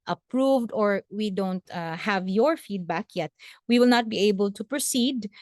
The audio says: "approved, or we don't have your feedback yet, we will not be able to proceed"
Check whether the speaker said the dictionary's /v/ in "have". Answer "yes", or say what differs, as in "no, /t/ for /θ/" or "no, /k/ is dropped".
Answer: yes